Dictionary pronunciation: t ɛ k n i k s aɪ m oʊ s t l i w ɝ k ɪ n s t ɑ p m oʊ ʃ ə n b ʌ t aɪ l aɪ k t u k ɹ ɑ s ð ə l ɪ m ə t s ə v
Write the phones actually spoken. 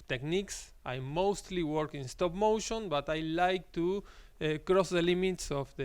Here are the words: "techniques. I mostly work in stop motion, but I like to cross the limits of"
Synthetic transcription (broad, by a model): t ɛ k n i k s aɪ m oʊ s t l i w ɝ k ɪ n s t ɑ p m oʊ ʃ ə n b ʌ t aɪ l aɪ k t u k ɹ ɑ s ð ə l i m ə t s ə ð